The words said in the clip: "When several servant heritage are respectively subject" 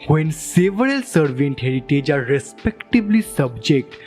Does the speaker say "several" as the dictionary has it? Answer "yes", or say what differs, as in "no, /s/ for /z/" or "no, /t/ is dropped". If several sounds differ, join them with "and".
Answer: no, /l/ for /ɹ/